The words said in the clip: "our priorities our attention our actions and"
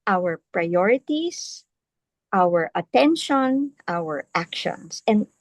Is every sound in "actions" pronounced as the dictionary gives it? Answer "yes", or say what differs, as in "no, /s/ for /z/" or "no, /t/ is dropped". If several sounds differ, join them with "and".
no, /s/ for /z/